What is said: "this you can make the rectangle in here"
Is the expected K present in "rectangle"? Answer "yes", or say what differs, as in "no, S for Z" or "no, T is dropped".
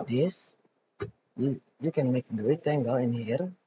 no, K is dropped